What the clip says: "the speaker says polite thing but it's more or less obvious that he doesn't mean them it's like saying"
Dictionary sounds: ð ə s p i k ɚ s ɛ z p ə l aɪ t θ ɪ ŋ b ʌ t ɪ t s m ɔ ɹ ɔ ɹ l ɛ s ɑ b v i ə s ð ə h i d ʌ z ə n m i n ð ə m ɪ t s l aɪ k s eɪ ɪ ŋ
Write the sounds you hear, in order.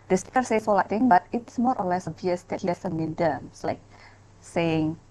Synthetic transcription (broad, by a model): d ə s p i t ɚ s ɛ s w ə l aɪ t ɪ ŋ b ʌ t ɪ t s m ɔ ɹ ɔ ɹ l ɛ s ɑ b v i ə s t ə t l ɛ s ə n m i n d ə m s l aɪ k s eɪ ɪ ŋ